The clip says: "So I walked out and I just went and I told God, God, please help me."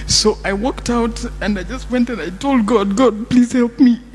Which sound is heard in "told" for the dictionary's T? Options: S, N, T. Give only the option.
T